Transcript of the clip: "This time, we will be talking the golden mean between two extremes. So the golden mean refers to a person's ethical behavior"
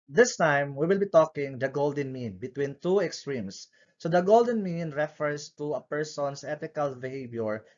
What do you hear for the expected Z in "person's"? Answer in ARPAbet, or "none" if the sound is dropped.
S